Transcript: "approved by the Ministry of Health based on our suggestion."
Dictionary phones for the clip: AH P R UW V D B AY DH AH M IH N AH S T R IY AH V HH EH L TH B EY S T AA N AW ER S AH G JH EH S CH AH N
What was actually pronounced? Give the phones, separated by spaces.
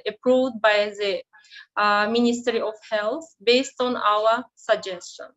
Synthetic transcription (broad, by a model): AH P R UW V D B AY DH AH M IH N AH S T R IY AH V HH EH L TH B EY S T AA N AW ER S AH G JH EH S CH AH N